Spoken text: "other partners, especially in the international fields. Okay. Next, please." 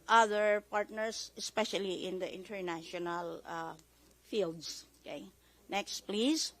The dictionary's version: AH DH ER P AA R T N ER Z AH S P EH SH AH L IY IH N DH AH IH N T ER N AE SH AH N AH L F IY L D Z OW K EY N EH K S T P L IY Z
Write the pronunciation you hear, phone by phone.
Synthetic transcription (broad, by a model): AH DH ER P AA R T N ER S AH S P EH SH AH L IY IH N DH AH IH N T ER N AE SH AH N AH L F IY L D S OW K EY N EH K S T P L IY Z